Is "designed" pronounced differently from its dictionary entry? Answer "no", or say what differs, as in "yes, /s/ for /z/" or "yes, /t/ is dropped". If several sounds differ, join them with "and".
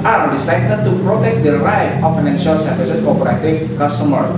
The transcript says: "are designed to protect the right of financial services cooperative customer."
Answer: yes, /s/ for /z/